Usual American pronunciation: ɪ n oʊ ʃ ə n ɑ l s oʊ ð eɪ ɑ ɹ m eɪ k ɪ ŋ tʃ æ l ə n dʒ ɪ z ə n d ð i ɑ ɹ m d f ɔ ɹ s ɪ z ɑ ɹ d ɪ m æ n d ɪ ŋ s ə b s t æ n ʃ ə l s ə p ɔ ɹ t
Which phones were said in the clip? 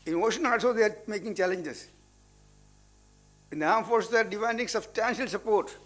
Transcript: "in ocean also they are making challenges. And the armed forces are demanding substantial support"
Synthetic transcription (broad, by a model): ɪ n oʊ ʃ ə n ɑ s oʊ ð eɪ ɑ ɹ m eɪ k ɪ ŋ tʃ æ l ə n dʒ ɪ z ə n d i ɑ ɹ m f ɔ ɹ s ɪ ɑ ɹ d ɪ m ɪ n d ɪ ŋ s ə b s t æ n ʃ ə l s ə p ɔ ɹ t